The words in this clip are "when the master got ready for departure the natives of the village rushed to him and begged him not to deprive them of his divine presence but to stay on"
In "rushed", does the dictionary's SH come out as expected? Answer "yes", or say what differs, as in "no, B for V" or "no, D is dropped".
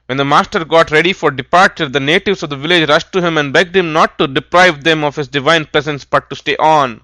yes